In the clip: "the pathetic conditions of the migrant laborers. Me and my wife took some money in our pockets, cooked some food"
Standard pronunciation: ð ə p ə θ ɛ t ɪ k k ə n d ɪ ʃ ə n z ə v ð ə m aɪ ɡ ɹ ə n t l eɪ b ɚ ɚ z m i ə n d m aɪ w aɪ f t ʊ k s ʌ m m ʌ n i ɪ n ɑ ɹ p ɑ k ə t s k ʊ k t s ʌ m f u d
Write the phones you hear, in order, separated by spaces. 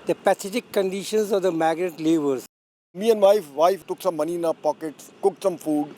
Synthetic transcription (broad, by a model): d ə p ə s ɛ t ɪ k k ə n d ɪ ʃ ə n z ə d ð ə m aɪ ɡ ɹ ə t l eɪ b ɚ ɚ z m i ə n d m aɪ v aɪ f t ʊ k s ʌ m m ʌ n i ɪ n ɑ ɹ p ɑ k ə t s k ʊ k t s ʌ m f u d